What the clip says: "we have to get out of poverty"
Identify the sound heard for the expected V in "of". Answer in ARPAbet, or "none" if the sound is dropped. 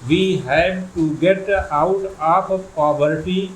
P